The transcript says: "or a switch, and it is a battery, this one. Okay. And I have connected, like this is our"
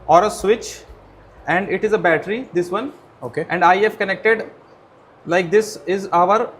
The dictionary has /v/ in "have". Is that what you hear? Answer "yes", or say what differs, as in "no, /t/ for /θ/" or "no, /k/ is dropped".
no, /f/ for /v/